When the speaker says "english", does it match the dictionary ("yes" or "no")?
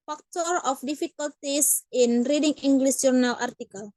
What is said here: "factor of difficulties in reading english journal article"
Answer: no